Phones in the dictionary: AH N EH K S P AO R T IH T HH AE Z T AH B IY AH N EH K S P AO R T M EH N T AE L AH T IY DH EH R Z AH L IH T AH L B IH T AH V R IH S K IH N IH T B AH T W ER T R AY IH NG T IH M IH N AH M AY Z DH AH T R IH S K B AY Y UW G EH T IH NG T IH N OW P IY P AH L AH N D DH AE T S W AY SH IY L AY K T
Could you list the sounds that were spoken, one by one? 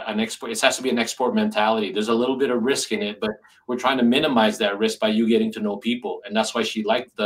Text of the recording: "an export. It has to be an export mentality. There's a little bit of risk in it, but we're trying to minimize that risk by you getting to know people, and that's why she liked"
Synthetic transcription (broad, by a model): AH N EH K S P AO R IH T HH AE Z T AH B IY AH N EH K S P AO R T M EH N T AE L AH T IY DH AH R Z AH L IH T L B IH T AH V R IH S K IH N IH T B AH T W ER T R AY IH NG T IH M IH N AH M AY Z DH AH T R IH S K B AY Y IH G EH T IH NG T IH N OW P IY P L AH N DH AE T S W AY SH IY L AY K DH